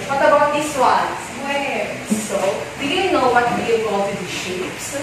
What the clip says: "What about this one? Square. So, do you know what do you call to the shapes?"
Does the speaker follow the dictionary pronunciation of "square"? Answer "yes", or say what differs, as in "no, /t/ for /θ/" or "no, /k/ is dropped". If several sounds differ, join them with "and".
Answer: no, /k/ is dropped